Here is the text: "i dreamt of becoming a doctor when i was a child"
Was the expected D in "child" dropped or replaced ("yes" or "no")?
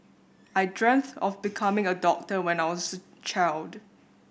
no